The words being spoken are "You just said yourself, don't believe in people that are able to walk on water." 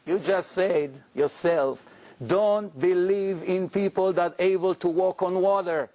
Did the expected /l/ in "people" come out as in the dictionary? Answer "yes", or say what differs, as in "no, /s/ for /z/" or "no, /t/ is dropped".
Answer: yes